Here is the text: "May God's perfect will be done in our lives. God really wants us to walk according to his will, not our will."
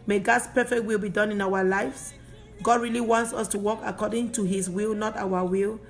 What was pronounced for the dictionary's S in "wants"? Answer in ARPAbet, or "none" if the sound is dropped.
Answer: S